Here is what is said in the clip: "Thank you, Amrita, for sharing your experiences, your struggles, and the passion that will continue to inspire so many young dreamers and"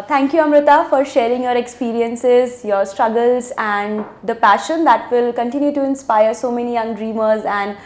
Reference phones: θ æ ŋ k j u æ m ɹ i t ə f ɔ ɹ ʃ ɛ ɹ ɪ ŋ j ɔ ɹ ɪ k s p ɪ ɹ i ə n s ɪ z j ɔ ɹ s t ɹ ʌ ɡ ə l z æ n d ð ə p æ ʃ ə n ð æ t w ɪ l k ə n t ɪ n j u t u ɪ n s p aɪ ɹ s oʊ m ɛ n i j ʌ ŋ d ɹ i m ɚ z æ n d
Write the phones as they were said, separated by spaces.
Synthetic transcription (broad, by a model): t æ ŋ k j u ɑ m ɹ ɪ t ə f ɔ ɹ ʃ ɛ ɹ ɪ ŋ j ɔ ɹ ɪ k s p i ɹ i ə n s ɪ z j ɔ ɹ s t ɹ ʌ ɡ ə l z æ n d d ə p æ ʃ ə n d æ t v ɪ l k ə n t ɪ n j u t u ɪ n s p aɪ ɹ s oʊ m ɛ n i j ʌ ŋ d ɹ i m ɚ z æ n d